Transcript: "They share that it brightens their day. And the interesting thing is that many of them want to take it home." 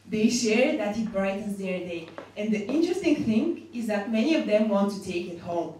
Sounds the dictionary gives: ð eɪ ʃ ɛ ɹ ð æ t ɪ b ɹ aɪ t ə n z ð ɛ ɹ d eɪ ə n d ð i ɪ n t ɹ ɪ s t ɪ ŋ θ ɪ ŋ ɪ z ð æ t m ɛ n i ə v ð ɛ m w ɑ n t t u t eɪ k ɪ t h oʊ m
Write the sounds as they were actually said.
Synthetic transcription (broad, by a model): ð eɪ ʃ ɛ ɹ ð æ t ɪ b ɹ aɪ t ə n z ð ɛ ɹ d eɪ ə n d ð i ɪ n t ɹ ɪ s t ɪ ŋ θ ɪ ŋ ɪ z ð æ t m ɛ n i ə v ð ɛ m w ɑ n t t u t eɪ k ɪ t h oʊ m